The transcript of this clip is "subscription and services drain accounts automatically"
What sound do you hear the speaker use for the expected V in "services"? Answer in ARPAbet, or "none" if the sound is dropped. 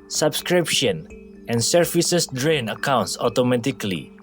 F